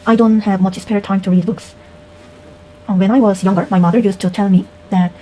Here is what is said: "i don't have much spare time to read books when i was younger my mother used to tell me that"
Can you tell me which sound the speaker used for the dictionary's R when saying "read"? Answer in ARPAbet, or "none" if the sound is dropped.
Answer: R